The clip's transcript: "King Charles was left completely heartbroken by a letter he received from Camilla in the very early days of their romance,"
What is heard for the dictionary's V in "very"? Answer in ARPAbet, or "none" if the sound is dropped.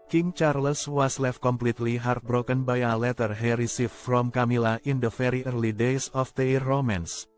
F